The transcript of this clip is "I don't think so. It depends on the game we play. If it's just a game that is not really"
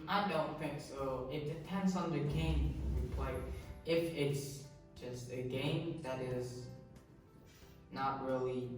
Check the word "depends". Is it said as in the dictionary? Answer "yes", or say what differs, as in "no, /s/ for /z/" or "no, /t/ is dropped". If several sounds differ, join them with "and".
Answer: yes